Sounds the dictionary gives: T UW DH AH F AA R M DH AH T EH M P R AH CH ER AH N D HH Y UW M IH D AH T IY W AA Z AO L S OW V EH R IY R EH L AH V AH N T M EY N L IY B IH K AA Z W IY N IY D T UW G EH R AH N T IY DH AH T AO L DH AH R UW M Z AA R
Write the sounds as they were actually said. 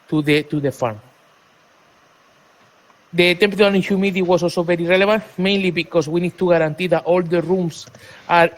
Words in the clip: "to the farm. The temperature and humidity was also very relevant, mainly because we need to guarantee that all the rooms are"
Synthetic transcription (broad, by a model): T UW DH AH F AA R M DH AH T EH M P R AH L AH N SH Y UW M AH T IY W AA S AO L S OW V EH R IY R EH L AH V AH N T M EY N L IY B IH K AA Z W IY N IY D T UW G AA R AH N T IY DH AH T AO L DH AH R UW M S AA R